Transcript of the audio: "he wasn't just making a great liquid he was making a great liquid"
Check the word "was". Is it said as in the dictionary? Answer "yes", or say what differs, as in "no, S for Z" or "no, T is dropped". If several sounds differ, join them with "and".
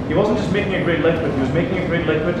yes